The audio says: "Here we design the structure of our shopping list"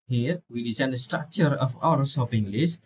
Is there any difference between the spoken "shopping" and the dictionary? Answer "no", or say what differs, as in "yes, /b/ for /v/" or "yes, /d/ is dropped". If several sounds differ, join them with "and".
yes, /s/ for /ʃ/